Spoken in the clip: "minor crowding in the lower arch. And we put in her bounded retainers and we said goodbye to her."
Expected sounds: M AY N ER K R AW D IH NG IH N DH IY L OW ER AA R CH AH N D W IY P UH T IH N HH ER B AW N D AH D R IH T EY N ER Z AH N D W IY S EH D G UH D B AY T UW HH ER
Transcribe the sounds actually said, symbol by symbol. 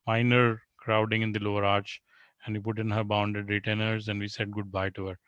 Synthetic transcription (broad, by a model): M AY N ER K R AW D IH NG IH N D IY L OW ER AA R CH AH N D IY P UH T IH N HH ER B AW N D AH D R IH T EY N ER Z AH N D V IY S EH D G UH D B AY T UW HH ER